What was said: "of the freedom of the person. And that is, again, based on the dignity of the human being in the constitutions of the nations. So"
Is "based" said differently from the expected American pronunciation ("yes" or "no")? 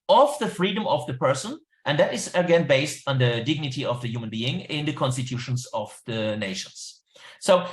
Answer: no